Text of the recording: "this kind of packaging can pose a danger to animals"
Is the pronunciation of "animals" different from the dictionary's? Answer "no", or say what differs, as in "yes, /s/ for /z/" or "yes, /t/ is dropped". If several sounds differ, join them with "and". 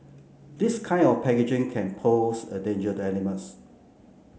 yes, /l/ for /n/